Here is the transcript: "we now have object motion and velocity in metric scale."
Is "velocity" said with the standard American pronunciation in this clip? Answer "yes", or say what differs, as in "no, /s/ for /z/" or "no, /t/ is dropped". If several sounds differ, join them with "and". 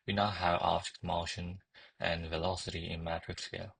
yes